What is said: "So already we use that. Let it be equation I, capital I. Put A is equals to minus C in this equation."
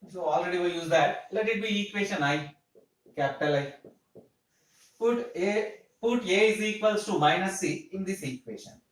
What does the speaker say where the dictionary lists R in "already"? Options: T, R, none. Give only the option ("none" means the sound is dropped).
R